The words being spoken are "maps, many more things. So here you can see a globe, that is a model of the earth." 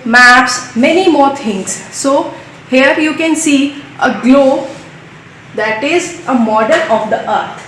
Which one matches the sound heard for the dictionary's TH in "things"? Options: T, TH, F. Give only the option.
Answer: T